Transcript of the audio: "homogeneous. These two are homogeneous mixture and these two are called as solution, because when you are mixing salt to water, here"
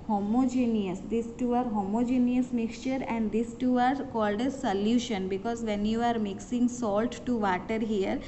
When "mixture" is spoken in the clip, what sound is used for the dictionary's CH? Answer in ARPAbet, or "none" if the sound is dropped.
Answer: CH